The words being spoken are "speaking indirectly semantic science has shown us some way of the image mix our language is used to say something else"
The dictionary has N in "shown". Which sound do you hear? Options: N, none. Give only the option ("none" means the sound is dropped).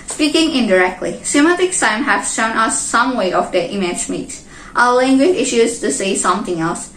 N